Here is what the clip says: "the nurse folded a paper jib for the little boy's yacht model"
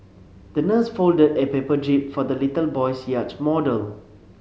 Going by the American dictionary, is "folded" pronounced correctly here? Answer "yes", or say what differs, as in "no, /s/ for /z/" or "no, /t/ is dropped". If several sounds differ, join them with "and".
yes